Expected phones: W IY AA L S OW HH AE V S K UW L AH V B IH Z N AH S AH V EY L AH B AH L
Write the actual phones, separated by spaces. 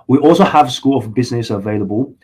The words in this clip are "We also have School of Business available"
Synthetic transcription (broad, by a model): W IY AA L S OW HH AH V S K UW L AH V B IH Z N AH S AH V EY L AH B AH L